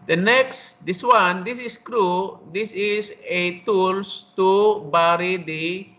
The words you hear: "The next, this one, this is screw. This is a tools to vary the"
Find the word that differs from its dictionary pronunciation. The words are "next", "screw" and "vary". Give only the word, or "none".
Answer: vary